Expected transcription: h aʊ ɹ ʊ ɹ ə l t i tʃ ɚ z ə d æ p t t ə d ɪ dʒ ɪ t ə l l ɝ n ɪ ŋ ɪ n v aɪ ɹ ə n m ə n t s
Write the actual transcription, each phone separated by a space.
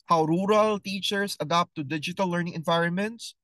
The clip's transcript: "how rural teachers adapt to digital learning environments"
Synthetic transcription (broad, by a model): h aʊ ɹ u ɹ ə l t i tʃ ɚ s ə d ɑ p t t ə d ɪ dʒ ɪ t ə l l ɝ n ɪ ŋ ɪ n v aɪ ɹ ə n m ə n t s